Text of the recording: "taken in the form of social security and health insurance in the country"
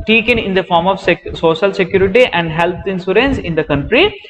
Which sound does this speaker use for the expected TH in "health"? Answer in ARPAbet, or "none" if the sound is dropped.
T